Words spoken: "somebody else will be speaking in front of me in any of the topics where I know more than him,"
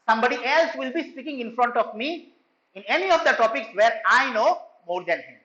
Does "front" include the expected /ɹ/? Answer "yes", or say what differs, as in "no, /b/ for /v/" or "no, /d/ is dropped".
yes